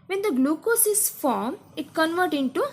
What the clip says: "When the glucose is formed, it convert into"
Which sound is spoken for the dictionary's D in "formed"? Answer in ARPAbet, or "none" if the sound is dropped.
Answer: none